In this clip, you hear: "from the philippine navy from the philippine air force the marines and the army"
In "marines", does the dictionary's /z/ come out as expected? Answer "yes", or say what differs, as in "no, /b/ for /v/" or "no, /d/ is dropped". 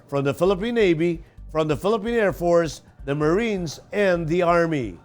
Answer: yes